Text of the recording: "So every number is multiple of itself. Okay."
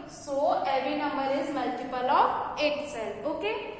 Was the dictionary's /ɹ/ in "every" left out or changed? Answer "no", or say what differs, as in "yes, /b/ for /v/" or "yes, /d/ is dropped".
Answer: yes, /ɹ/ is dropped